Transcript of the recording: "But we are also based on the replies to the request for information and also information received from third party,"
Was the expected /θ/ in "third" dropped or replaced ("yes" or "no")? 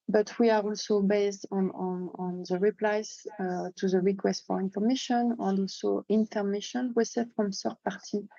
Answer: yes